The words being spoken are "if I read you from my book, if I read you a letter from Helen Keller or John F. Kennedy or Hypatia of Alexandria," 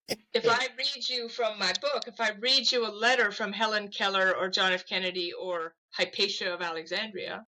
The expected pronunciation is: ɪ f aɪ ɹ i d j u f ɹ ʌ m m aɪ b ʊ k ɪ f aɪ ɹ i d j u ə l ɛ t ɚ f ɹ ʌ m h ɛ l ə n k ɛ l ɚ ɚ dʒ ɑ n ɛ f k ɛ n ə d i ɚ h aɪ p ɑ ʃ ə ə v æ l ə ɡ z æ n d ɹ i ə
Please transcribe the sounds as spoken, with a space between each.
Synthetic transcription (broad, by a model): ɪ f aɪ ɹ i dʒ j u f ɹ ʌ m m aɪ b ʊ k ɪ f aɪ ɹ i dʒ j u ə l ɛ t ɚ f ɹ ʌ m h ɛ l ə n k ɛ l ɚ ɚ dʒ ɑ n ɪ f k ɛ n ə d i ɚ h aɪ p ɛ ʃ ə ə v æ l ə ɡ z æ n d ɹ i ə